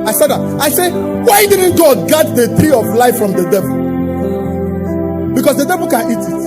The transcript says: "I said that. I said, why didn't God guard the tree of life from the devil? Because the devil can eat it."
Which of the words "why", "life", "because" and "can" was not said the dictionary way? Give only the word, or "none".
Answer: because